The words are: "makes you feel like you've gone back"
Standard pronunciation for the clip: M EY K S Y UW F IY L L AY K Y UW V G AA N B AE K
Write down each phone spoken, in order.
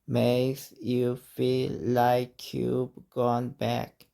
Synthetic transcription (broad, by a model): M EY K S Y UW F IY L L AY K Y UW B G AA N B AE K